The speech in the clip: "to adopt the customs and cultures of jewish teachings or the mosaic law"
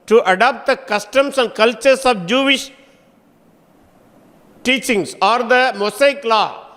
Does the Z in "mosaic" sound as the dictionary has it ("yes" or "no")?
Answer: no